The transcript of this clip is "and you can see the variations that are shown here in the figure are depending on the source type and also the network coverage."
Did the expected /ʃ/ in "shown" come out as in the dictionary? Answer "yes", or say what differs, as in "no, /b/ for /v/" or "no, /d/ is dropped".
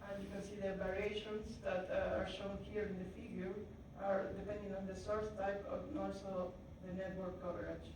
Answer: yes